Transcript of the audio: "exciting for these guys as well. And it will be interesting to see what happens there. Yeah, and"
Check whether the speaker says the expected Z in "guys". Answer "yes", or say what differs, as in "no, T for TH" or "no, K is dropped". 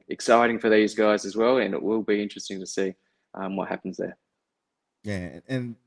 yes